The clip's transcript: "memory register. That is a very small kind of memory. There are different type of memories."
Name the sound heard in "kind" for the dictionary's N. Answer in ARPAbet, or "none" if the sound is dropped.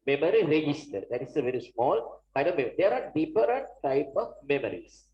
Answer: none